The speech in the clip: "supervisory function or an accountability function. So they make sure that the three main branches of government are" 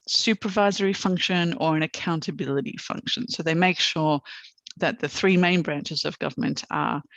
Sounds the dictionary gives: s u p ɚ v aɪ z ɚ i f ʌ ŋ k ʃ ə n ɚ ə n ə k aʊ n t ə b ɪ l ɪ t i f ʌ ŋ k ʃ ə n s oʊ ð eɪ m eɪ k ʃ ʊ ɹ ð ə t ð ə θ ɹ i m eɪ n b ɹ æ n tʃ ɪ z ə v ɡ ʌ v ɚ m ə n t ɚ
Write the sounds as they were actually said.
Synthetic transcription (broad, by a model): s u p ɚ v aɪ z ɚ i f ʌ ŋ k ʃ ə n ɚ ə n ə k aʊ n t ə b ɪ l ɪ t i f ʌ ŋ k ʃ ə n s oʊ ð eɪ m eɪ k ʃ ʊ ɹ ð ə t ð ə θ ɹ i m eɪ n b ɹ æ n tʃ ɪ z ə v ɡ ʌ v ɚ m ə n t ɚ